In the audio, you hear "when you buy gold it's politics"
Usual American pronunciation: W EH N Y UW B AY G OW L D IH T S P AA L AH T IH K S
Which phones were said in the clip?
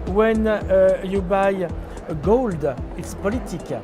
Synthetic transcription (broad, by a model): W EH N Y UW B AY G OW L D IH T S P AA L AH T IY K